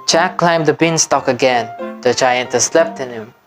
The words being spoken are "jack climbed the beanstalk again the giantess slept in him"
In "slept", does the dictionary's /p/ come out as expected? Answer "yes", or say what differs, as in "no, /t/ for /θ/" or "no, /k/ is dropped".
yes